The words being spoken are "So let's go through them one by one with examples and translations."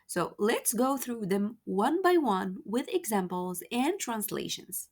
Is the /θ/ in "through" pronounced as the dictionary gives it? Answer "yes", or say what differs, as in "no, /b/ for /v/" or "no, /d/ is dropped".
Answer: yes